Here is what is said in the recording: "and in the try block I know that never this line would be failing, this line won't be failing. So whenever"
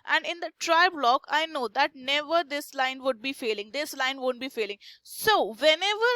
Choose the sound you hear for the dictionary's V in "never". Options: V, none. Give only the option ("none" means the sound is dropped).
V